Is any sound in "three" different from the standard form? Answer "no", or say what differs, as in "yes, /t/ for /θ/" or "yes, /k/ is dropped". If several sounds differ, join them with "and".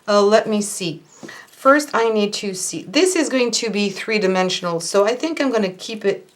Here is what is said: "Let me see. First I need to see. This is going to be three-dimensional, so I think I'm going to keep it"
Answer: no